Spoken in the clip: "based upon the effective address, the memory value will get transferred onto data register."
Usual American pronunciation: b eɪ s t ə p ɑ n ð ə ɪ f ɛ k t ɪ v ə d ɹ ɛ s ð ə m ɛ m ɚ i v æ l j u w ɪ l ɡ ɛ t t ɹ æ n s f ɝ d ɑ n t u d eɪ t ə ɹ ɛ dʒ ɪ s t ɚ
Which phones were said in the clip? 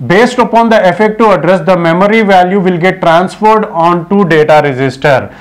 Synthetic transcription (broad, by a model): b eɪ s t ə p ɑ n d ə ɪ f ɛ k t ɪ ə d ɹ ɛ s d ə m ɛ m ɚ i v æ l j u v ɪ l ɡ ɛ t t ɹ æ n s f ɝ d ɑ n t u d eɪ t ə ɹ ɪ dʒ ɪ s t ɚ